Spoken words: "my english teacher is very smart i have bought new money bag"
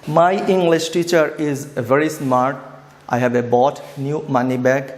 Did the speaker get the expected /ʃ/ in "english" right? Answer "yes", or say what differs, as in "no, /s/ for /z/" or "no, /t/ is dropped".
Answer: yes